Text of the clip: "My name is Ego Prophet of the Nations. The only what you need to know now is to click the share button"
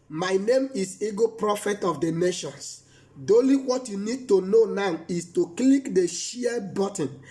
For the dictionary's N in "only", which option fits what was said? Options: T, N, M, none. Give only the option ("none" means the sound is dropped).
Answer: none